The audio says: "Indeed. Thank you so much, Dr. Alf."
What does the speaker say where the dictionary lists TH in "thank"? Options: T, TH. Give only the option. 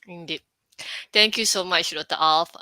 T